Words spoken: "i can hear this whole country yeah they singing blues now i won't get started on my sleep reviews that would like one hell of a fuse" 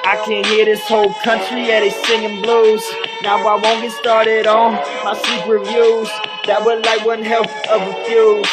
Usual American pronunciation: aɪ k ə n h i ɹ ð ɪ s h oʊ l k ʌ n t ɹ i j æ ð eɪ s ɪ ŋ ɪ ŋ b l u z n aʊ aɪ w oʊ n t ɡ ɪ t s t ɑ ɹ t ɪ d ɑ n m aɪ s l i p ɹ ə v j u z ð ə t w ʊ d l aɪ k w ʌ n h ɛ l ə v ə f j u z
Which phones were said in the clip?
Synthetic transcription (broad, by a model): aɪ k ə n h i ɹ ð ɪ s h oʊ l k ʌ n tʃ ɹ i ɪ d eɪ s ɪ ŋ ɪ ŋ b l u z n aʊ aɪ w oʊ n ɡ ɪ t s t ɑ ɹ t ɪ d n m aɪ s i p ɹ ə v j u z ð ə t w ʊ d l aɪ k w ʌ n h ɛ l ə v ə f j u